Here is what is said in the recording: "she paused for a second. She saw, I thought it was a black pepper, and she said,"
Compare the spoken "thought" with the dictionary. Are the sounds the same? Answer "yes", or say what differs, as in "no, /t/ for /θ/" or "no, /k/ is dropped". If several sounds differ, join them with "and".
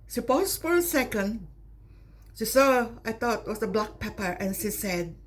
no, /t/ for /θ/